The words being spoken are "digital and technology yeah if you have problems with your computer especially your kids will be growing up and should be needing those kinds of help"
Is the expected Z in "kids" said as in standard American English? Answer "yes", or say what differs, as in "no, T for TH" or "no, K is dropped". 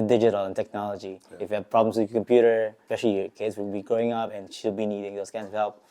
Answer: no, S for Z